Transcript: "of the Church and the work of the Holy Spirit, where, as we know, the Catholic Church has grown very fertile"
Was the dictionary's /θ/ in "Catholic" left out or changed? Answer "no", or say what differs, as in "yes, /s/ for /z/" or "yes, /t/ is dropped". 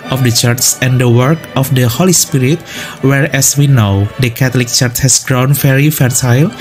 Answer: yes, /t/ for /θ/